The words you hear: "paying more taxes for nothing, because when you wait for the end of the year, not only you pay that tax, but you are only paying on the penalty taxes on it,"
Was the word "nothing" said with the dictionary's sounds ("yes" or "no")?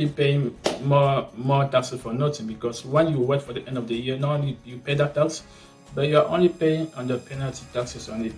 no